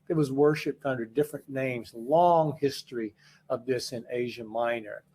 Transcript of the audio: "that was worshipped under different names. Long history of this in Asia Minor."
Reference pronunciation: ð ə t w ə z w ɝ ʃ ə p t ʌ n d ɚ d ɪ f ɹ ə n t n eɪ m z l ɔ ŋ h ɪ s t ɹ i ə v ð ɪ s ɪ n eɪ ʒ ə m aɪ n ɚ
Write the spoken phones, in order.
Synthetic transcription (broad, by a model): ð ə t w ə z w ɝ ʃ ə p t ʌ n d ɚ d ɪ f ɹ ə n n eɪ m z l ɔ ŋ h ɪ s t ɹ i ə v ð ɪ s ɪ n eɪ ʒ ə m aɪ n ɚ